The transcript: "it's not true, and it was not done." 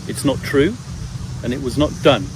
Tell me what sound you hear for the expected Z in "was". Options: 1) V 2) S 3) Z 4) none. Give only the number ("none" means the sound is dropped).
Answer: 3